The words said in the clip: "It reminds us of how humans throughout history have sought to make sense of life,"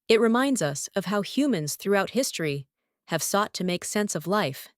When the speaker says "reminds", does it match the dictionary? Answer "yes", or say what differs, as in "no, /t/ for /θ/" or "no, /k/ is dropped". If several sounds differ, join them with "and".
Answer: yes